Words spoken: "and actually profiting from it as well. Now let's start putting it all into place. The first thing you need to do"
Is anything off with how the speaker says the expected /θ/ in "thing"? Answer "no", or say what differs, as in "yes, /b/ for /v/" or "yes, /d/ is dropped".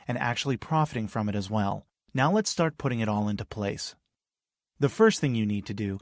no